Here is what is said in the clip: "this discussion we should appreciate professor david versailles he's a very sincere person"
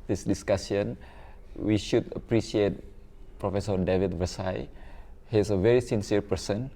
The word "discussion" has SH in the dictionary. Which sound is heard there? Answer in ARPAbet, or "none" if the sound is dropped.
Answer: S